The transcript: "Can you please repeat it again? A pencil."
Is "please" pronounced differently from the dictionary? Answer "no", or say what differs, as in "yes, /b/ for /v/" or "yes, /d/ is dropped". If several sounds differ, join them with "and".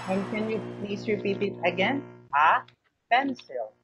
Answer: yes, /s/ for /z/